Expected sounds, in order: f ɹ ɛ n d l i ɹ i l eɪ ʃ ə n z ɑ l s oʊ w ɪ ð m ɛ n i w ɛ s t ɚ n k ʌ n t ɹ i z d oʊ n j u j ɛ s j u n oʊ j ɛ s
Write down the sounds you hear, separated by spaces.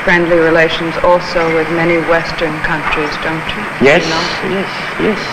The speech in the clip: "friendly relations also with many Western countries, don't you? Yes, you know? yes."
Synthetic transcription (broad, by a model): f ɹ ɛ n d l i ɹ i l eɪ ʃ ə n z ɑ l s oʊ w ɪ ð m ɛ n i w ɛ s t ɚ n k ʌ n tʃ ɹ i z d oʊ n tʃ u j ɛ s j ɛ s j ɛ s